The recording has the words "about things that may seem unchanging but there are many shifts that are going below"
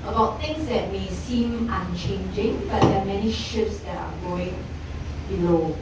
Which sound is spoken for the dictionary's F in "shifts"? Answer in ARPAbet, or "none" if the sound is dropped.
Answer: none